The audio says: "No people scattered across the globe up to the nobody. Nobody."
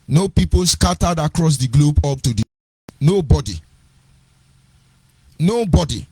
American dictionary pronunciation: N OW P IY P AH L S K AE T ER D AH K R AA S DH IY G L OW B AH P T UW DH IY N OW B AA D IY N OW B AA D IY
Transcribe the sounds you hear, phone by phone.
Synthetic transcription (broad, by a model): N OW P IY P AH L S K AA T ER D AH K R AA S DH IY G L OW B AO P T UW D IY N OW B AA D IY N OW B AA D IY